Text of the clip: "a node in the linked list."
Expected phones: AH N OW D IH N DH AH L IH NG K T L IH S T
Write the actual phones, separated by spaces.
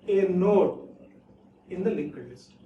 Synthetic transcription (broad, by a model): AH N OW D IH N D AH L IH K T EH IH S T